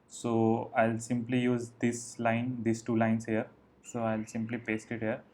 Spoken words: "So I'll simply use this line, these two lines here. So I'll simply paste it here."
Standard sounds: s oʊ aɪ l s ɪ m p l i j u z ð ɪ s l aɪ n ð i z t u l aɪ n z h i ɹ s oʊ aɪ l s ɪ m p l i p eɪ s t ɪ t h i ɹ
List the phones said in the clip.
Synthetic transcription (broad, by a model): s oʊ aɪ l s ɪ m p l i j u z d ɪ s l aɪ n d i s t u l aɪ n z h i ɹ s oʊ aɪ l s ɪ m p l i p eɪ s t ɪ t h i ɹ